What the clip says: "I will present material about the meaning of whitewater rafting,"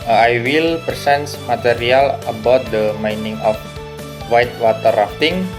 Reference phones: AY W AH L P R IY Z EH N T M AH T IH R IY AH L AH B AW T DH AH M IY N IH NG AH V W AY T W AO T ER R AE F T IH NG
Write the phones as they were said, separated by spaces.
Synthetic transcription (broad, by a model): AY W AH L P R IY S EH N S M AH T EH R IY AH L AH B AW T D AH M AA N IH NG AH F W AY T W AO T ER R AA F T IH NG